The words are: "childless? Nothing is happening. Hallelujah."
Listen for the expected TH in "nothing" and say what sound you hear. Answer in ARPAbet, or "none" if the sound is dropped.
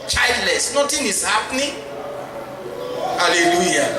T